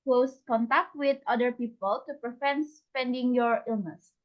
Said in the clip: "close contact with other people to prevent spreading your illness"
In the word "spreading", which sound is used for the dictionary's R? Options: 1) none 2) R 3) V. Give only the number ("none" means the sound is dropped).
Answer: 1